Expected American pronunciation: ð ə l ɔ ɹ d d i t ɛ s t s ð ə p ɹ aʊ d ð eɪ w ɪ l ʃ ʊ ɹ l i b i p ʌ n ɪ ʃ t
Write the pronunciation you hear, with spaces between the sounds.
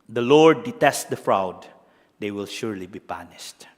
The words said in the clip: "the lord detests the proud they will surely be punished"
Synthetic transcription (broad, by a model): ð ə l ɔ ɹ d d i t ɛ s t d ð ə f ɹ aʊ d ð eɪ w ɪ l ʃ ʊ ɹ l i b i p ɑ n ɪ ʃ t